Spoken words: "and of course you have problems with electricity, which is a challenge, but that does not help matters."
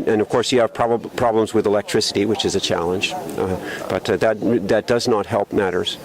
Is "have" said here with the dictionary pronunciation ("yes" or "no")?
no